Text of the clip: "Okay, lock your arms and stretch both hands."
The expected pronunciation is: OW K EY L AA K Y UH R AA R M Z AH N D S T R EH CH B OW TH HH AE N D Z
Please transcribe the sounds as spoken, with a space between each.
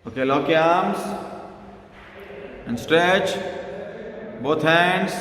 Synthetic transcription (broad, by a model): OW K EY L AA K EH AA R M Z AH N D S T R EH CH B OW T HH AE N D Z